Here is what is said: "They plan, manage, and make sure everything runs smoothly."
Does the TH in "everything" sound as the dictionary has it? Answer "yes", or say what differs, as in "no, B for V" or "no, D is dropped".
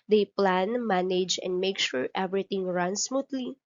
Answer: no, T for TH